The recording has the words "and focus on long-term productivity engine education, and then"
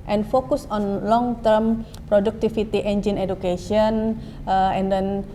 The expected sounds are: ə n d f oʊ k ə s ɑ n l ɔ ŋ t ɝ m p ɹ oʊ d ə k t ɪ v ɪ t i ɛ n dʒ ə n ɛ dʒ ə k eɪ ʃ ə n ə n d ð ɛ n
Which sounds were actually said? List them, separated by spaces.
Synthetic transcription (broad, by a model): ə n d f oʊ k ə s ɑ n l ɔ ŋ t ɝ m p ɹ oʊ d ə k t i f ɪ t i ɛ n dʒ ə n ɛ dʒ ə k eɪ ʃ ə n ə n d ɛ n